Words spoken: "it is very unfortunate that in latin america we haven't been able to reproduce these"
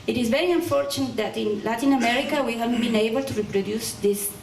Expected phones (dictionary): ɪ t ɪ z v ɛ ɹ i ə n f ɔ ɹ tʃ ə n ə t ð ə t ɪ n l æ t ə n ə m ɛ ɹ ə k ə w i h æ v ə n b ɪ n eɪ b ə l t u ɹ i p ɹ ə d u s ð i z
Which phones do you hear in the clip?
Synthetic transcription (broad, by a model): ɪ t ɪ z v ɛ ɹ i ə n f ɔ ɹ tʃ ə n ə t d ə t ɪ n l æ t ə n ə m ɛ ɹ ə k ə w i h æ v b ɪ n eɪ b ə l t u ɹ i p ɹ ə d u s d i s